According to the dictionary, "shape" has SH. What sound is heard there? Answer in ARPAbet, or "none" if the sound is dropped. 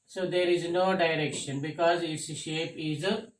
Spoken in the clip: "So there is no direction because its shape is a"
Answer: SH